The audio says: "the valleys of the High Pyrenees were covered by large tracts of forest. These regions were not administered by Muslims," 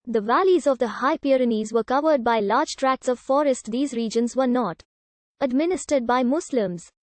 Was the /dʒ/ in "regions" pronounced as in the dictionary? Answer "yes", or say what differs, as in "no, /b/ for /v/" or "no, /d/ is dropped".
yes